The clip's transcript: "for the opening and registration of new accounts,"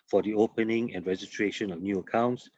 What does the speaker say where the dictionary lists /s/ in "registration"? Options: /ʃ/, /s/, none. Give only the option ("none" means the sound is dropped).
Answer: none